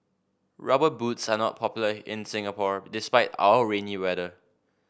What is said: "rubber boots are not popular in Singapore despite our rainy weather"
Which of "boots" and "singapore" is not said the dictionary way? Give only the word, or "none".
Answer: none